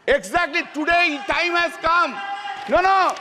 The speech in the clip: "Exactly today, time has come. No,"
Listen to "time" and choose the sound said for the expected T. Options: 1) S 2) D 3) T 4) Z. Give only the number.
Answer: 3